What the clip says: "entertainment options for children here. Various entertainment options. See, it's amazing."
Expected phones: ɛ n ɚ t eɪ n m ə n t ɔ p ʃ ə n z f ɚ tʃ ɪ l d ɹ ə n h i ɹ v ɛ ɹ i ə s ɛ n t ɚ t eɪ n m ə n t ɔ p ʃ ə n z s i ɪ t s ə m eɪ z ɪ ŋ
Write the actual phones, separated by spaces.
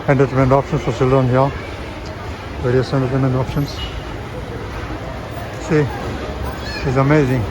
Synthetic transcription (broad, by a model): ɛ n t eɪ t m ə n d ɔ p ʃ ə n s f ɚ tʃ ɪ l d ə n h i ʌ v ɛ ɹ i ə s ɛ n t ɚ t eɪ m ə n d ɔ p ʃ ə n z s i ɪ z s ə m eɪ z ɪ ŋ